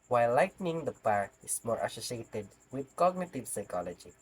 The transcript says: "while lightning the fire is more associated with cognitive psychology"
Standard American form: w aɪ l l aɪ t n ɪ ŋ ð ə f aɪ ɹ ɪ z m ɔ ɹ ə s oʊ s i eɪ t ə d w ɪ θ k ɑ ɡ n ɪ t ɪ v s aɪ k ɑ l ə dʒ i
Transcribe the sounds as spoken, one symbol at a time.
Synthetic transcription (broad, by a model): w aɪ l l aɪ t n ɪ ŋ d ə p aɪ ɹ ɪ s m ɔ ɹ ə s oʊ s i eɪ t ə d w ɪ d k ɑ ɡ n ɪ t ɪ v s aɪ k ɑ l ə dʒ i